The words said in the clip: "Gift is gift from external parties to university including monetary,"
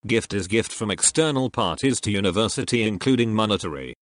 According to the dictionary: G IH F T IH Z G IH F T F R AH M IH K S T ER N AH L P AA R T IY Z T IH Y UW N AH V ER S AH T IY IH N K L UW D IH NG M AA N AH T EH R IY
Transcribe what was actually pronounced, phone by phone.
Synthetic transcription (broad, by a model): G IH F T IH Z G IH F T F R AH M IH K S T ER N AH L P AA R T IY Z T IH Y UW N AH V ER S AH T IY IH N K L UW D IH NG M AA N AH T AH R IY